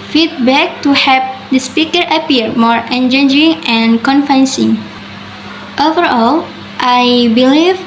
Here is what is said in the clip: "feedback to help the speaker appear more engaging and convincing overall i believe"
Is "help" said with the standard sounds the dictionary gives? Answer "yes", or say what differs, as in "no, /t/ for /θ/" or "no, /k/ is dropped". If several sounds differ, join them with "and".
no, /l/ is dropped